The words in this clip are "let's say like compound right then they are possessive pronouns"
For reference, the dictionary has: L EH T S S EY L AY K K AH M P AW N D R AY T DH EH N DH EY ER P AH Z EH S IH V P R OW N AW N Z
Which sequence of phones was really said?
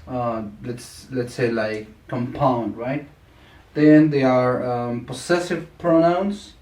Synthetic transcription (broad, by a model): L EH T S S EY L AY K K AH M P AW N D R AY T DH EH N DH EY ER P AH S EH S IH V P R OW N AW N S